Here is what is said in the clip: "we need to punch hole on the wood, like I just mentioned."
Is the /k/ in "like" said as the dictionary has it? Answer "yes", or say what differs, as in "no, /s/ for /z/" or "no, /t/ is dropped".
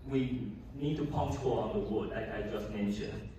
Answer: no, /k/ is dropped